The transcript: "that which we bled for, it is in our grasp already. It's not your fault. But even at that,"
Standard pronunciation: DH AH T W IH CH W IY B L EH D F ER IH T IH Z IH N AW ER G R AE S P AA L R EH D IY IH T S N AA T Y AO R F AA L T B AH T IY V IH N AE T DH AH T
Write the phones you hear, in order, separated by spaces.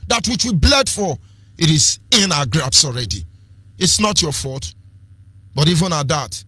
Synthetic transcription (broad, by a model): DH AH T W IH CH W IY B L EH D F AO IH T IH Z IH N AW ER G R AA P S AA L R EH D IY IH T S N AA T Y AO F AA T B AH T IY V IH N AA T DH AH T